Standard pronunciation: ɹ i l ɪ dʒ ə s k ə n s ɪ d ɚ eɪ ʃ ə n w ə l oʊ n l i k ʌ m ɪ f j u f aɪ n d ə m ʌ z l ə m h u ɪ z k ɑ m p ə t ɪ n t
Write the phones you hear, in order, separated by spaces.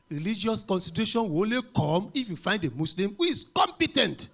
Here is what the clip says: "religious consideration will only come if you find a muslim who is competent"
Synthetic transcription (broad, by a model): ɹ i l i dʒ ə s k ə n s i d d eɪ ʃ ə n w oʊ n l i k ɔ m ɪ f j u f aɪ n d ə m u s l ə m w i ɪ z k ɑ m p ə t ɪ n t